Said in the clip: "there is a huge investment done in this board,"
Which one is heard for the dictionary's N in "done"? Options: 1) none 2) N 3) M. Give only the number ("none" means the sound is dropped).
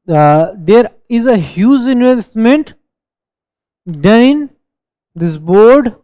1